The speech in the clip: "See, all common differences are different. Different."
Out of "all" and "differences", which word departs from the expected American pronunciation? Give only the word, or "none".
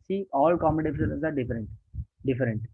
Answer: differences